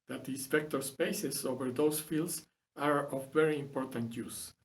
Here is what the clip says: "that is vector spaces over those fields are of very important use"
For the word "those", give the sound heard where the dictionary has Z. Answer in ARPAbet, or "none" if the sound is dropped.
S